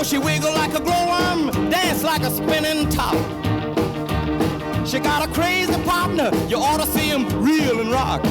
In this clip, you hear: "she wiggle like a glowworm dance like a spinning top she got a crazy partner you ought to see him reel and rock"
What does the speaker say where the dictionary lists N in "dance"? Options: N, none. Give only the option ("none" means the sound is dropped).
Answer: N